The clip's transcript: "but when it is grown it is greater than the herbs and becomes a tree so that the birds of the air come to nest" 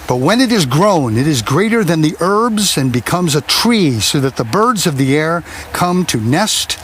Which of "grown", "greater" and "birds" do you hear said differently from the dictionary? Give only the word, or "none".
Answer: none